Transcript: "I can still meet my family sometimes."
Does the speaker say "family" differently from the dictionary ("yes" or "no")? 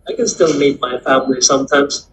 no